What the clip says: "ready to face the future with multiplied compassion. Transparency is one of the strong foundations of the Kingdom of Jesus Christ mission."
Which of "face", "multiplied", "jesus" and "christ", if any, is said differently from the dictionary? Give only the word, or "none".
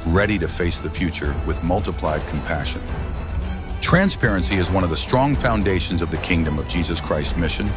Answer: none